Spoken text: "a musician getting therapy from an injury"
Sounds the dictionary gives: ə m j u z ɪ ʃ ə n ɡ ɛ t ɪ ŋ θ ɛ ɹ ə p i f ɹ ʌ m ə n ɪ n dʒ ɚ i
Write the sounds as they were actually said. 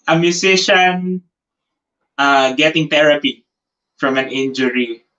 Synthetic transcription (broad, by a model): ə m j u s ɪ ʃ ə n ɡ ɛ t ɪ ŋ t ɛ ɹ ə p i f ɹ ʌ m ə n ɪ n dʒ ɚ i